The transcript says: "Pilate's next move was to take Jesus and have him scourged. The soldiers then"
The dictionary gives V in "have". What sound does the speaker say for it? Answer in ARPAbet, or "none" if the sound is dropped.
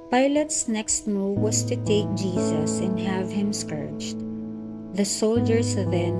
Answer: V